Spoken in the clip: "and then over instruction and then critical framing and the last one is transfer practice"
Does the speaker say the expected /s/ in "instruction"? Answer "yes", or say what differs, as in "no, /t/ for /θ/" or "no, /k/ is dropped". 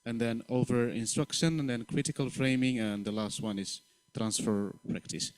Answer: yes